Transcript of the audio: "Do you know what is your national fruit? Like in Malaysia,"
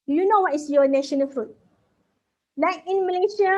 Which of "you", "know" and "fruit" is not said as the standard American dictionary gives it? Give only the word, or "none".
none